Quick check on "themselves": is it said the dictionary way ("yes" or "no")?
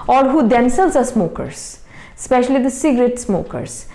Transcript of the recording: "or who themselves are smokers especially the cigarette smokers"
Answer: no